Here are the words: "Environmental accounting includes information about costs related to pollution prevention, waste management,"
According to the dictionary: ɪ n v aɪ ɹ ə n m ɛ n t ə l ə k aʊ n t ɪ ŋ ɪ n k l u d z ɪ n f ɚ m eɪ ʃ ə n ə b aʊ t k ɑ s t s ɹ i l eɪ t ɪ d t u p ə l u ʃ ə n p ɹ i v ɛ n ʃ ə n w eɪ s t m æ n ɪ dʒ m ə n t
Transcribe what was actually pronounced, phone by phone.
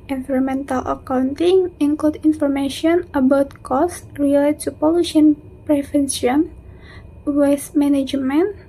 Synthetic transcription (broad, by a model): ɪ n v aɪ ɹ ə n m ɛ n t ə l ə k aʊ n t ɪ ŋ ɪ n k l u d ɪ n f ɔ m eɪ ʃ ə n ə b aʊ t k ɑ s s ɹ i l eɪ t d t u p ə l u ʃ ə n p ɹ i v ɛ n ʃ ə n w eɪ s m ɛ n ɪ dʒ m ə n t